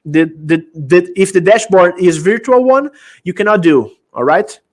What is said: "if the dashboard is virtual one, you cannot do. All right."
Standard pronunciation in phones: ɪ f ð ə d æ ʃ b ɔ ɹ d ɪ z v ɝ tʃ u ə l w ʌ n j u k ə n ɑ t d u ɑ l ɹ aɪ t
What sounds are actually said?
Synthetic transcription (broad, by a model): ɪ f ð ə d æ ʃ b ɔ ɹ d ɪ z v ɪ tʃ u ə l w ʌ n j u k ə n ɑ t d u ɑ l ɹ aɪ t